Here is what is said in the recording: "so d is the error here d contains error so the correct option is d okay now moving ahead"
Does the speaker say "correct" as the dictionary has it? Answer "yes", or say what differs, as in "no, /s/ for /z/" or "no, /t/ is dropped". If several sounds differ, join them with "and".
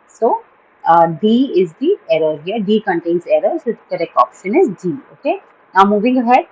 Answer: no, /t/ is dropped